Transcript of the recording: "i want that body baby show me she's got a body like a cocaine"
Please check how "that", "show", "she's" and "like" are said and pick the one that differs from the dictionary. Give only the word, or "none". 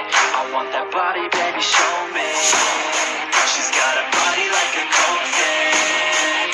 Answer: none